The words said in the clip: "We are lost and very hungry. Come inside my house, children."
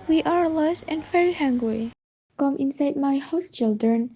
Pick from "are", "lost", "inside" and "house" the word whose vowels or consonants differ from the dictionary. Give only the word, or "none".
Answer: lost